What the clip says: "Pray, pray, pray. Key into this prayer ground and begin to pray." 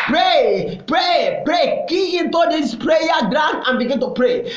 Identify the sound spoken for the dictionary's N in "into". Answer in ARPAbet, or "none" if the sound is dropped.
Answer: N